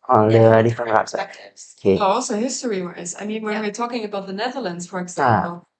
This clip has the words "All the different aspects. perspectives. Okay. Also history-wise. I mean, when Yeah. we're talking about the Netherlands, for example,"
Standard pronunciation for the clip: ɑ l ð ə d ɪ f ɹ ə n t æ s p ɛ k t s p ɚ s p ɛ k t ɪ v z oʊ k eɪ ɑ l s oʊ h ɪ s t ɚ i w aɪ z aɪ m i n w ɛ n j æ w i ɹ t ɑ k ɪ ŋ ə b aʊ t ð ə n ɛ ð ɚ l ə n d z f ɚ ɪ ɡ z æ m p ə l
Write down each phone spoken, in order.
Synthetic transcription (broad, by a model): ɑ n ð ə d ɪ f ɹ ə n æ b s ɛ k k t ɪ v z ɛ ʌ ɑ l s oʊ h ɪ s t ɚ i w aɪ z aɪ m i n w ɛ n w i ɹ t ɑ k ɪ ŋ ə b aʊ t ð ə n ɛ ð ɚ l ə n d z f ɚ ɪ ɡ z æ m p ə l